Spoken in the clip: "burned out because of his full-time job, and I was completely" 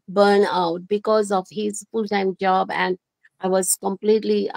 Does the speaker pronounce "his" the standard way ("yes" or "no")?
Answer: yes